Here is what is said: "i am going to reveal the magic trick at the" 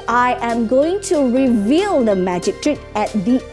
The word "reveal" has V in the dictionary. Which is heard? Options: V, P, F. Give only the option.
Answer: V